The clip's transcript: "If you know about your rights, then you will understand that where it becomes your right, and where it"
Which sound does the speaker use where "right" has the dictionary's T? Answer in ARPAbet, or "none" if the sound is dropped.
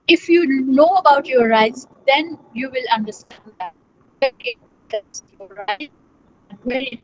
none